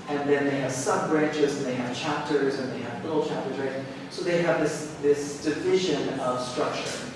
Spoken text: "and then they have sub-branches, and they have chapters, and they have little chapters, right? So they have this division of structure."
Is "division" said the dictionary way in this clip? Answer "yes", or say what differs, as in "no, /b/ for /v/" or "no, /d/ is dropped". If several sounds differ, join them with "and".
yes